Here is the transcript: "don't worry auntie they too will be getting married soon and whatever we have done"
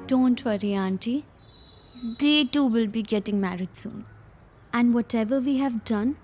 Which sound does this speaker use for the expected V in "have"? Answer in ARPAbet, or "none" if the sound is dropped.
V